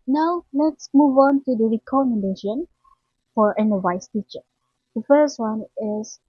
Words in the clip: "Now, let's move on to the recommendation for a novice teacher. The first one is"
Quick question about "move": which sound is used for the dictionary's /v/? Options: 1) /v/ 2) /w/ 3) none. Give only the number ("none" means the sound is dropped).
1